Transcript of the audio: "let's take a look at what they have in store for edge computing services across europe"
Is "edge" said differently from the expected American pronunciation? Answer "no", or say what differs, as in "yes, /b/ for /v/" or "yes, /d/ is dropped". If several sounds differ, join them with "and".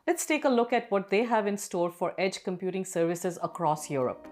no